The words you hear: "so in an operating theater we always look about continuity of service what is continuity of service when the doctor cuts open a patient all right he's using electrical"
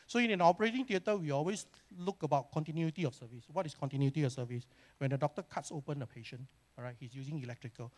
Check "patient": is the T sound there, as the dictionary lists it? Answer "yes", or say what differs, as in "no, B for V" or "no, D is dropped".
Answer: no, T is dropped